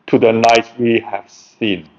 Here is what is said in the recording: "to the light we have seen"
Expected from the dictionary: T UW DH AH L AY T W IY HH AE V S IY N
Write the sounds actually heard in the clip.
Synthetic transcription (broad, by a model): T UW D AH N AY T W IY HH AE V S IY N